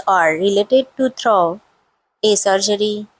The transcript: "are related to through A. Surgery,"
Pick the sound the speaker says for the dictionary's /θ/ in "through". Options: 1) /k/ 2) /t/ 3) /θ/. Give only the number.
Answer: 2